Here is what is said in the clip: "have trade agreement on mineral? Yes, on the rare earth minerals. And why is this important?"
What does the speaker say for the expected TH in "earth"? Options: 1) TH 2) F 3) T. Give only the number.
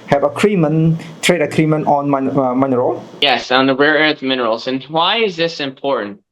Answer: 3